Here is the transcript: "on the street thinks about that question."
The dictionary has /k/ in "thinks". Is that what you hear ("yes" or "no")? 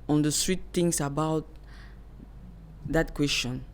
no